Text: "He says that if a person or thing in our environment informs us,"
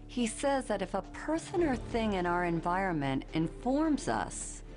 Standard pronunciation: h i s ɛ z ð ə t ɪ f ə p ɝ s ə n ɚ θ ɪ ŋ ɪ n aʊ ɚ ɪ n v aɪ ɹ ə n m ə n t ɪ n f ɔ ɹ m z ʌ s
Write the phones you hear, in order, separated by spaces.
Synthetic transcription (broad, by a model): h i s ɛ z ð ə t ɪ f ə p ɝ s ə n ɚ θ ɪ ŋ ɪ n aʊ ɚ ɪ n v aɪ ɹ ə n m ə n t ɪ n f ɔ ɹ m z ʌ s